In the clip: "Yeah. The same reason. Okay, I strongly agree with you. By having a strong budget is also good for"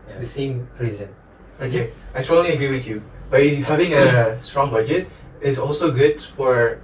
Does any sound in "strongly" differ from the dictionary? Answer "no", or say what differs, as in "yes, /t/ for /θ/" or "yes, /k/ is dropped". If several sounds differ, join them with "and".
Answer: yes, /ŋ/ is dropped